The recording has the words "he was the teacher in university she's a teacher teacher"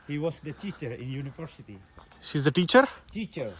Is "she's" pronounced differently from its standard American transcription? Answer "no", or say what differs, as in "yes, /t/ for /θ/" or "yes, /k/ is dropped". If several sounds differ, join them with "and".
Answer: no